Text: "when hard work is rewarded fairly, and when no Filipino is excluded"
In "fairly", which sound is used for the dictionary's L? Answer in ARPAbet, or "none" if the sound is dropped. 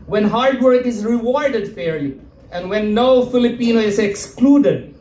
none